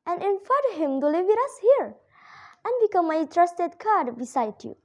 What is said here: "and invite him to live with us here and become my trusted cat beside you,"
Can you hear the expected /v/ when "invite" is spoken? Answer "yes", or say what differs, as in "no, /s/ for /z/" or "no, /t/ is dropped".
no, /f/ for /v/